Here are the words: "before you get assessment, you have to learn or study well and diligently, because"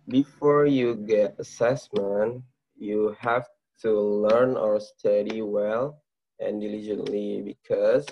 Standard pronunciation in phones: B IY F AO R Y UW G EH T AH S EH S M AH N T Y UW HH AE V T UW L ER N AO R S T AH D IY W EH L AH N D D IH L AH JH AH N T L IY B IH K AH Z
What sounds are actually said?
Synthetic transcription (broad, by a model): B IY F AO R Y UW G EH T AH S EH S M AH N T Y UW HH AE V T UW L ER N AO R S T AH D IY W EH L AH N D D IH L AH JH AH N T L IY B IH K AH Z